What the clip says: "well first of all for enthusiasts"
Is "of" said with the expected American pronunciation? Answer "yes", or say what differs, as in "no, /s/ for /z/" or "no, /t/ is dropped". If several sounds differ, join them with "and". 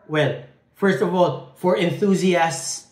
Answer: yes